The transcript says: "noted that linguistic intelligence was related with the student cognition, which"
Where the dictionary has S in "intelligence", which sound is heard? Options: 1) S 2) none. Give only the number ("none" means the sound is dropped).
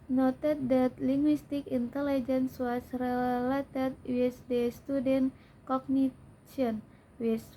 1